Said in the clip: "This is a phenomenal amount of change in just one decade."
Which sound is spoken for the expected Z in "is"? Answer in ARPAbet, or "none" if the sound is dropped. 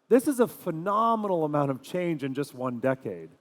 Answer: Z